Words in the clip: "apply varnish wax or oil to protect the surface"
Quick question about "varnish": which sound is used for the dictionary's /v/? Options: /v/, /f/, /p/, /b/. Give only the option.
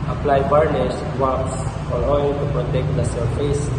/b/